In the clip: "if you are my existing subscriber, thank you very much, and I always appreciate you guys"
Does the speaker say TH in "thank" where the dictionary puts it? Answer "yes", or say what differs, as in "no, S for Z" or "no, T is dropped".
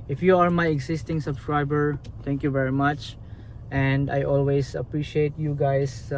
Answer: no, T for TH